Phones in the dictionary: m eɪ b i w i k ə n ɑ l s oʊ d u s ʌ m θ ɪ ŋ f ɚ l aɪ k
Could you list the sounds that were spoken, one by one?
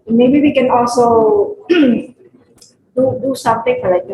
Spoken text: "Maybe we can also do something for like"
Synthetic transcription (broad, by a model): m eɪ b i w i k ə n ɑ l s oʊ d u s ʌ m t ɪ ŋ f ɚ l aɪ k